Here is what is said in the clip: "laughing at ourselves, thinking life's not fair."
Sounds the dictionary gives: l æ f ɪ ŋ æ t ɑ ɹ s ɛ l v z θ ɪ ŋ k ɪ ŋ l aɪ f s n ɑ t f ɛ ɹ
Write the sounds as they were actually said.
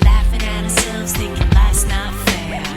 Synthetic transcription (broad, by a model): l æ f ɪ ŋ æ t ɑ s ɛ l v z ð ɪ k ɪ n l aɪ s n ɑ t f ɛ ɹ